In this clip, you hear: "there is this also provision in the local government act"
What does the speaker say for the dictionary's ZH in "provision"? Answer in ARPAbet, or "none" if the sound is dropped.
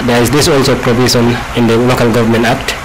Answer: S